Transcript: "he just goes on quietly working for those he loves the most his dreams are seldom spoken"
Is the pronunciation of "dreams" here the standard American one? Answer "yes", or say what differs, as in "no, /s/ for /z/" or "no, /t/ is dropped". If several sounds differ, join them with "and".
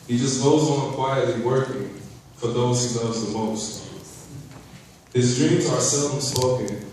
yes